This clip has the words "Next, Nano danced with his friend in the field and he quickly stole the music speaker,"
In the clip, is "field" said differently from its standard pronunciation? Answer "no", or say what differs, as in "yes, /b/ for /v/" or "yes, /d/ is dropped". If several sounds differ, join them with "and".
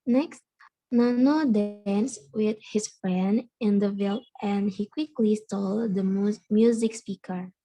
yes, /d/ is dropped